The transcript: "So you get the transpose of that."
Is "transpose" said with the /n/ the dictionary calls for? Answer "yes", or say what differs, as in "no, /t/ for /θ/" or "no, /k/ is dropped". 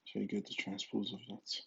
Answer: yes